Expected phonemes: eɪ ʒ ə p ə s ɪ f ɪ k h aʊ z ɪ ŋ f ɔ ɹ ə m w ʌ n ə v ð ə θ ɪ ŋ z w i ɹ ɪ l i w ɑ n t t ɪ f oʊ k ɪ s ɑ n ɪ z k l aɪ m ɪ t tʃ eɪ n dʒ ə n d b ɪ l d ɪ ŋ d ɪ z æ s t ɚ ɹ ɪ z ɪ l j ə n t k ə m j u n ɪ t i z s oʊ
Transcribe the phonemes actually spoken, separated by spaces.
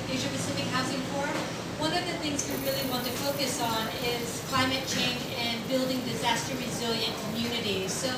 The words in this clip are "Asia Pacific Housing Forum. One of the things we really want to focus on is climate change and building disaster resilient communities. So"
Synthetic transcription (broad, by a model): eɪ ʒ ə p ə s ɪ f ɪ k h aʊ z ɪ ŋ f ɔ ɹ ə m w ʌ n ə v ð ə θ ɪ ŋ z w i ɹ ɪ l i w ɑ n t t ɪ f oʊ k ɪ s n ɪ z k l aɪ m ɪ t tʃ eɪ n dʒ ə n b ɪ l d ɪ ŋ d ɪ z æ s t ɚ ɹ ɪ z ɪ l j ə n k ə m j u n ɪ t i z s oʊ